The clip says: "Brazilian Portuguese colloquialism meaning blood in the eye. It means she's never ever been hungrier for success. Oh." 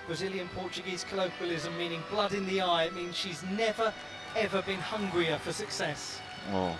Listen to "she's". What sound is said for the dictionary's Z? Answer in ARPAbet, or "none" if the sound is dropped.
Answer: Z